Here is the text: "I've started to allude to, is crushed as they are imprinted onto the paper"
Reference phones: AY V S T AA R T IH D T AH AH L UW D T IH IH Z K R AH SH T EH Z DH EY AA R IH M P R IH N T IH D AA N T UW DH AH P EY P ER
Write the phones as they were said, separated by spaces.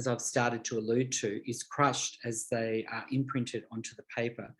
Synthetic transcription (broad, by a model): AY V S T AA R T IH D T AH AH L UW D T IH IH Z K R AH SH T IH Z DH EY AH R IH M P R IH N T IH D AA N T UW DH AH P EY P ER